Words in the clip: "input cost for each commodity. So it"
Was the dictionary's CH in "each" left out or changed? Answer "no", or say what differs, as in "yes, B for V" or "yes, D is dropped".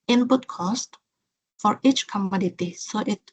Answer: no